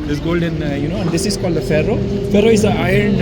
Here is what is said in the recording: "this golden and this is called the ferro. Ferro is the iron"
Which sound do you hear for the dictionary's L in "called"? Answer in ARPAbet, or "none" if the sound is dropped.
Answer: L